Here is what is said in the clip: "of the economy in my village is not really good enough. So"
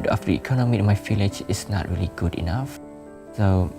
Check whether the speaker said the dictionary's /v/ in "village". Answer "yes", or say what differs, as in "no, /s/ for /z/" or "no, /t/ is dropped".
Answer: no, /f/ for /v/